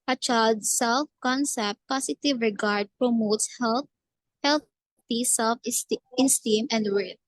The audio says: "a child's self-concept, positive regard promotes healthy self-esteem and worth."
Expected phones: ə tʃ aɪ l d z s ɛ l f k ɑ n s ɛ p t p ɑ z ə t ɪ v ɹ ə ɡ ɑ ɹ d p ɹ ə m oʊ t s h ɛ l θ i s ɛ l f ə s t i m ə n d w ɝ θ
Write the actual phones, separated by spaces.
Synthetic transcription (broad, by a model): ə tʃ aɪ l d s ɛ l f k ɑ n s ɛ p t p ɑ s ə t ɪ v ɹ ə ɡ ɑ ɹ d p ɹ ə m oʊ t s h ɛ l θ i s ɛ l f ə s t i m ə n d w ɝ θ